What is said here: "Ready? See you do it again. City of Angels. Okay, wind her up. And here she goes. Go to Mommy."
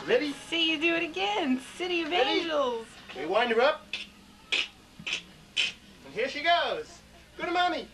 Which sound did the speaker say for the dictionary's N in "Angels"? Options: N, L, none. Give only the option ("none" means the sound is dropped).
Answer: none